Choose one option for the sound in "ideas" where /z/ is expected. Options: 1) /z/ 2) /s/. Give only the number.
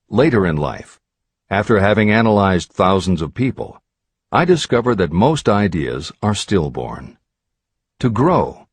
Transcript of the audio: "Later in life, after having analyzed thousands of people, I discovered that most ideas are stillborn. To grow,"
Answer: 1